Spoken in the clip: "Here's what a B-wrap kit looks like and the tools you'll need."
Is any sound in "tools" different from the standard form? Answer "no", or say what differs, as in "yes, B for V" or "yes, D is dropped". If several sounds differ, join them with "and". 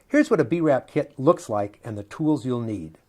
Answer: no